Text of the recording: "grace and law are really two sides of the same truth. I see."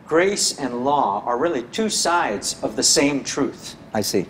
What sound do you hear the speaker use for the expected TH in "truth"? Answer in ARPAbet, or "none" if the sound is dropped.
TH